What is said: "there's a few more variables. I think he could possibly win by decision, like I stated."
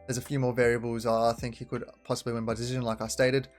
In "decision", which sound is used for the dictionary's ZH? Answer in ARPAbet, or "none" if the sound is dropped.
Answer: ZH